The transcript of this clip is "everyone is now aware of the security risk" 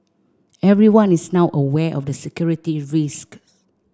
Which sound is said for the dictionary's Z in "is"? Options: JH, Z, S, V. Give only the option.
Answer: S